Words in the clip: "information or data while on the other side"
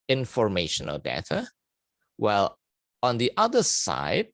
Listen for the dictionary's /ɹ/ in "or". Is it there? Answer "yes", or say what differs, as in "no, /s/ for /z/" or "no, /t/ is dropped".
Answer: no, /l/ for /ɹ/